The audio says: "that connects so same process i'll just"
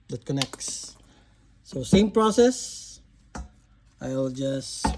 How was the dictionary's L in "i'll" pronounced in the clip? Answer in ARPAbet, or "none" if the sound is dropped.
L